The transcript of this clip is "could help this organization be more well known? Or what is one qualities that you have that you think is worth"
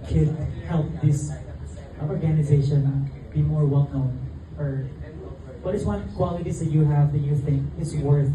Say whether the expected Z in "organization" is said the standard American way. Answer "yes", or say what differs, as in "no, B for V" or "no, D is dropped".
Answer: yes